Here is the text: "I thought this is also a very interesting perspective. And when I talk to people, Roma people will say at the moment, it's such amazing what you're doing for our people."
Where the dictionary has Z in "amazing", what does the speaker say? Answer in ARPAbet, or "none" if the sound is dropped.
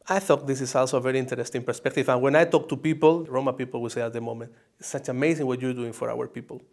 S